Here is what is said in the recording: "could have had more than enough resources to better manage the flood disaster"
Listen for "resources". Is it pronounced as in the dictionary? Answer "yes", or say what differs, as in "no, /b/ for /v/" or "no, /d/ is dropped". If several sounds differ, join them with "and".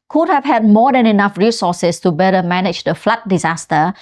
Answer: no, /s/ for /z/